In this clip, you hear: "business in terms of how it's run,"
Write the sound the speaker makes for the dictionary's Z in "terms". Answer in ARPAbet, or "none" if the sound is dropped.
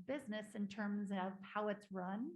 Z